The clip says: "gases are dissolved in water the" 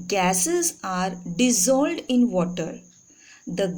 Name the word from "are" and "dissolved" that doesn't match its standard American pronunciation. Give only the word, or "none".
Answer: dissolved